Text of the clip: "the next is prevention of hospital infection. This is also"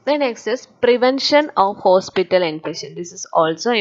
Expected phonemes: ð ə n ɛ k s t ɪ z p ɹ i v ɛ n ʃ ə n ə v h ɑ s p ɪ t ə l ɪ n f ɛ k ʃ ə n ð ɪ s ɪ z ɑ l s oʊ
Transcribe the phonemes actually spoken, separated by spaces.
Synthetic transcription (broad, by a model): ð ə n ɛ k s t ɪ s p ɹ i v ɛ n ʃ ə n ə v h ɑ s p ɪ t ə l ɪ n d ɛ ʃ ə n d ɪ s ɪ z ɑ l s oʊ